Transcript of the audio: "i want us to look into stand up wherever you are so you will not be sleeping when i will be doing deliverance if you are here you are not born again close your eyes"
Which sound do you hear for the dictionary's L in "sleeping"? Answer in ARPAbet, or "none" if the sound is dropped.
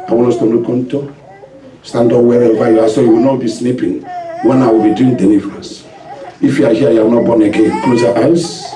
N